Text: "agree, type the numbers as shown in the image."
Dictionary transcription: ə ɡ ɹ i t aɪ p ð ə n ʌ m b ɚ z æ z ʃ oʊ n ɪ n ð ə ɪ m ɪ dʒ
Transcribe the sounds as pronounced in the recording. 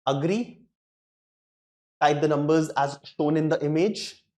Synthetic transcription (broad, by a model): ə ɡ ɹ i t aɪ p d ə n ʌ m b ɚ z æ z ʃ oʊ n ɪ n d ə ɪ m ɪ dʒ